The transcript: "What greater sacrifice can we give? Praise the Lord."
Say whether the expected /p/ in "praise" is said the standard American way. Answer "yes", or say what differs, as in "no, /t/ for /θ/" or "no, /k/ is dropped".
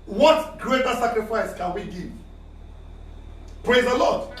yes